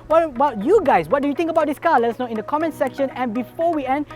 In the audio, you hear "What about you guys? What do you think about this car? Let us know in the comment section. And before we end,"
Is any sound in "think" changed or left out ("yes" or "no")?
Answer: yes